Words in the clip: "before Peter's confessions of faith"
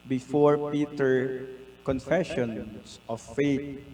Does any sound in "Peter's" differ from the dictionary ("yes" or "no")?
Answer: yes